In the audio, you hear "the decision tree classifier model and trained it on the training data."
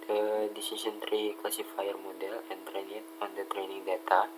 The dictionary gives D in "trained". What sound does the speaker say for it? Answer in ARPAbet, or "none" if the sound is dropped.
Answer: none